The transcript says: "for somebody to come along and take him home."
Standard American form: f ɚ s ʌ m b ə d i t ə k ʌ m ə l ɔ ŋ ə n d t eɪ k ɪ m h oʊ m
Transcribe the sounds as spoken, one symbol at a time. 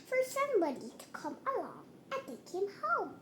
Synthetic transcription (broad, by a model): f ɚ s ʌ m ə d i t ə k ʌ m ə l ɔ ŋ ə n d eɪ k ɪ m h oʊ m